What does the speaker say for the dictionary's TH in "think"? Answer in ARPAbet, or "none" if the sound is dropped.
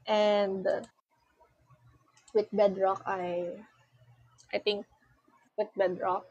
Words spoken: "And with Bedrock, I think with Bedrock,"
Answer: T